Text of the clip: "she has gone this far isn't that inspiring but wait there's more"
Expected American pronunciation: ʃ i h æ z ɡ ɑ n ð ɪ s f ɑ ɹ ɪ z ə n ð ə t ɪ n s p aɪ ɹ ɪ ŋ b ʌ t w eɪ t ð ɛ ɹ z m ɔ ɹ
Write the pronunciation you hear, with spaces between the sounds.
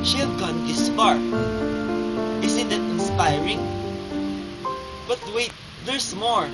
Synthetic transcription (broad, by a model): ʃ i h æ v ɡ ɑ n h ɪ s p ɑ ɹ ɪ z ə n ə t ɪ n s p aɪ ɹ ɪ ŋ b ʌ t w eɪ t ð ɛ ɹ s m ɔ ɹ